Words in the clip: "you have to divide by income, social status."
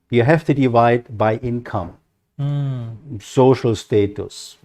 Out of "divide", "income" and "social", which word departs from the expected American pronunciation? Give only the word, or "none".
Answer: none